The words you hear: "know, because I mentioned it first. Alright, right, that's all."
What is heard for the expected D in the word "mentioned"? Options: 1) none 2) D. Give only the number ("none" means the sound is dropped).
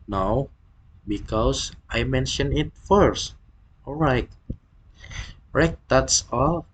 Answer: 1